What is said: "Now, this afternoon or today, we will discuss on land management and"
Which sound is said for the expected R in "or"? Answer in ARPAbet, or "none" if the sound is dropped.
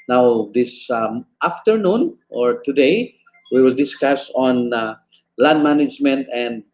R